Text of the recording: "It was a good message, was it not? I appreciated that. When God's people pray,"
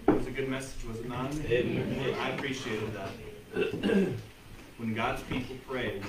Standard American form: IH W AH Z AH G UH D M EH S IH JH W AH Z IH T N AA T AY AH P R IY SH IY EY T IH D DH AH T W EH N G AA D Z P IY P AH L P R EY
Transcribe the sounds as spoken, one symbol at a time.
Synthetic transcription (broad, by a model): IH W AH Z AH G UH D M EH S IH JH W AH Z IH T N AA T AY AH P R IY SH IY EY T IH D DH AH T W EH N G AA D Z P IY P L P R EY